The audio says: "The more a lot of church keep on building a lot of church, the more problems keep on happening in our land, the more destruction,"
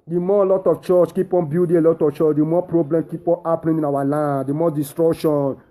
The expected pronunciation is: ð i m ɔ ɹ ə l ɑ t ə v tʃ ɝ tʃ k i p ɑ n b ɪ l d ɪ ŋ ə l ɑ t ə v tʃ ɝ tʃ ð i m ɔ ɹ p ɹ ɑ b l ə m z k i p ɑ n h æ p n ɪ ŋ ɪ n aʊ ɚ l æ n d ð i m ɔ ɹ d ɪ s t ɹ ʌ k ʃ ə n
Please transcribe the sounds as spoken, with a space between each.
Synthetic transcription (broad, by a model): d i m ɔ l ɑ t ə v tʃ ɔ tʃ k i p ɑ n b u d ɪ ə l ɑ t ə f tʃ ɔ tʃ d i m ɔ p ɹ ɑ b l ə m k i p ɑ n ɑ p l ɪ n ɪ n aʊ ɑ l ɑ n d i m ɔ d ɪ s t ɹ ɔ k ʃ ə n